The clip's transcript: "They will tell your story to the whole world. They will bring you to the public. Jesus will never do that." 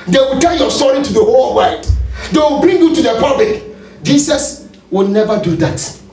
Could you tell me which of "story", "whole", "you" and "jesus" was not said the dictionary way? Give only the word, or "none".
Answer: jesus